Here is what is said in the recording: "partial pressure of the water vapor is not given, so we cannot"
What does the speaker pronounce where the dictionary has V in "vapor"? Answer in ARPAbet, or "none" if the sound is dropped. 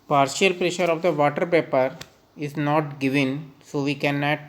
P